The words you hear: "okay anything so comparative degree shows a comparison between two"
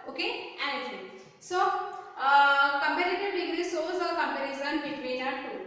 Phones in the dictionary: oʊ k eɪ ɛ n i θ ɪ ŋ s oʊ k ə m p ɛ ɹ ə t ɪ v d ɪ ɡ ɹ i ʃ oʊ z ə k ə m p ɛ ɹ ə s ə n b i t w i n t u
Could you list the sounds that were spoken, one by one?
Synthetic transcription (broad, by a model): oʊ k eɪ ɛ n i t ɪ s oʊ k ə m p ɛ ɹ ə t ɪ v d ɪ ɡ ɹ i s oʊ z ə k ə m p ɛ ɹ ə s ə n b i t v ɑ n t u